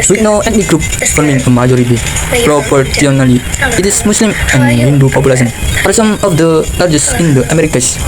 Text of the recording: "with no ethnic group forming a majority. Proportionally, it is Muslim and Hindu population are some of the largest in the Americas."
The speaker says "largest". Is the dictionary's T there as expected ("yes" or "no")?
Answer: no